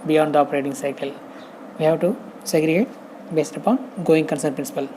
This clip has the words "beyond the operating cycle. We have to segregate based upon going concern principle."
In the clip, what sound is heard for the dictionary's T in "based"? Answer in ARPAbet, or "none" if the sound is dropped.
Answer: T